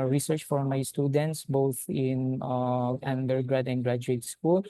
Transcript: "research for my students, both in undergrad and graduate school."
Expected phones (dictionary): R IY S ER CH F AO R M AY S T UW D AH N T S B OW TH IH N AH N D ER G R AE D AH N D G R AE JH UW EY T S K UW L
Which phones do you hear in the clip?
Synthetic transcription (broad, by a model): R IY S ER CH F AO R M AY S T UW D AH N T S B OW T IH N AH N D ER G R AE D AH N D G R AE JH UW EY T S K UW L